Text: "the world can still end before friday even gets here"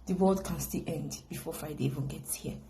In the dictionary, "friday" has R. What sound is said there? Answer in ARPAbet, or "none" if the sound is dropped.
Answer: none